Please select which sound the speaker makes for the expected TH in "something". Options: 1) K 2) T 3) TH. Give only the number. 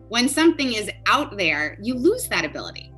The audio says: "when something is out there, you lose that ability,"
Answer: 3